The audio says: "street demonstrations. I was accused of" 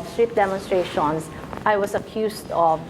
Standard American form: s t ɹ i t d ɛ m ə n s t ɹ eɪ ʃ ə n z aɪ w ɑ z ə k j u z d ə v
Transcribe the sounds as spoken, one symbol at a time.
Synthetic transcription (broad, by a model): s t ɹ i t d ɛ m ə n s t ɹ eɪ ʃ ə n s aɪ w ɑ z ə k j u s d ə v